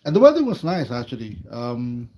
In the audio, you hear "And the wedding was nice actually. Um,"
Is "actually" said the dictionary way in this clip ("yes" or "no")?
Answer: yes